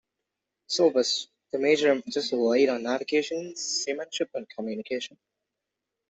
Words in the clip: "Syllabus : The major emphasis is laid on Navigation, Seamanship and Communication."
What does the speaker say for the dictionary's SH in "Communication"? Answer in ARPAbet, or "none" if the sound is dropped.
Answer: SH